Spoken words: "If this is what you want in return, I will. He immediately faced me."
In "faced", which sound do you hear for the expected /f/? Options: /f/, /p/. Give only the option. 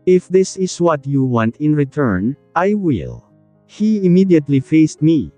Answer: /f/